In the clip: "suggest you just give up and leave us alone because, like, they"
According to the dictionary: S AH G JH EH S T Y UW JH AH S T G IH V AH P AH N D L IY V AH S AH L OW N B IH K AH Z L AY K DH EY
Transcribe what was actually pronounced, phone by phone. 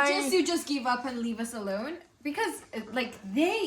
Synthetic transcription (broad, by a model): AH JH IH JH AH S G IH V AH P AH N L IY V AH S AH L OW N B IH K AH Z L AY K DH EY